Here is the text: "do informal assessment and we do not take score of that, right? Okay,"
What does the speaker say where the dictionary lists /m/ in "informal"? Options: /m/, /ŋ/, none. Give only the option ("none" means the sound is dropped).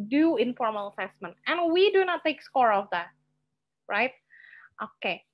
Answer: /m/